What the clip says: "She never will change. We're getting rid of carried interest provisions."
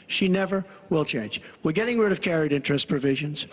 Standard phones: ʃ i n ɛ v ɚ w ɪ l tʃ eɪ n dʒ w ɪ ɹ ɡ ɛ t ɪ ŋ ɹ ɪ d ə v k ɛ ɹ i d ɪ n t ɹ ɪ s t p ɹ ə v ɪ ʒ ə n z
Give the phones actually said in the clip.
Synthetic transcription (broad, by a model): ʃ i n ɛ v ɚ w ɪ l tʃ eɪ n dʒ w ɪ ɹ ɡ ɛ t ɪ ŋ ɹ ɪ d ə v k ɛ ɹ i d ɪ n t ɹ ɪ s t p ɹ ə v ɪ ʒ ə n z